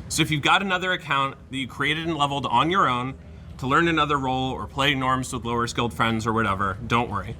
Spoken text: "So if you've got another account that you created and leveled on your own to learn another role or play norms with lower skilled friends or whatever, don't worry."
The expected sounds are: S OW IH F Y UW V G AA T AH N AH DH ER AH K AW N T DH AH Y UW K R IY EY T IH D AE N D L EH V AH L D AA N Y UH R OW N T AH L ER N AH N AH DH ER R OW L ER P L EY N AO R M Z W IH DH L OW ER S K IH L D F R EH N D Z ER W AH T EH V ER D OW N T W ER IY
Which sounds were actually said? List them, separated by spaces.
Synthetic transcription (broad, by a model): S OW IH F Y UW V G AA T AH N AH DH ER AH K AW N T DH AH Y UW K R IY EY T IH D N L EH V L D N Y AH R OW N T AH L ER N AH N AH DH ER R OW L ER P L EY N AO R M Z W IH DH L OW ER S K IH L D F R EH N D Z ER W AH T EH V ER D OW N T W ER IY